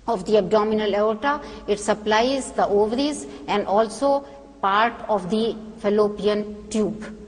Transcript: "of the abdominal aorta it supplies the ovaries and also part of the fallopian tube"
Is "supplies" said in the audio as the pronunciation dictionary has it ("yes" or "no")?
yes